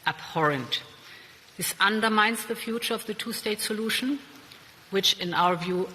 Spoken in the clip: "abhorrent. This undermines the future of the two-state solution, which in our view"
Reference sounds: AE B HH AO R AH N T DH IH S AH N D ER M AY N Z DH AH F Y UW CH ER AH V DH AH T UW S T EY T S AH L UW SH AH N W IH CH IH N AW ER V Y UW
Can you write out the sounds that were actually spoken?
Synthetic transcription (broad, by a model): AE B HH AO R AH N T DH IH S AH N D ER M AY N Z DH AH F Y UW CH ER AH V DH AH T UW S T EY T S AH L UW SH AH N W IH CH IH N AW ER V Y UW